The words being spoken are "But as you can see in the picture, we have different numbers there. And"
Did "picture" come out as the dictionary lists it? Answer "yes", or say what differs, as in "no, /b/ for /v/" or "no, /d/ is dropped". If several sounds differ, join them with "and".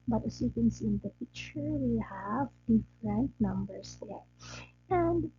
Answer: no, /f/ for /p/ and /k/ is dropped